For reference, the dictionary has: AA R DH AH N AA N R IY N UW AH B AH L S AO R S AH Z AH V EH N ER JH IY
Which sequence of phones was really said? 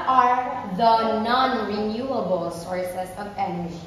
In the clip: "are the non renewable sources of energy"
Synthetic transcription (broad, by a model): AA R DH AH N AA N R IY N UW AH B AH L S AO R S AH S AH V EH N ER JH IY